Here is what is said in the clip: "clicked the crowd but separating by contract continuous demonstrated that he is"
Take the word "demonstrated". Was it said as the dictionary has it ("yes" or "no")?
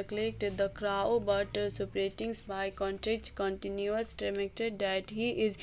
no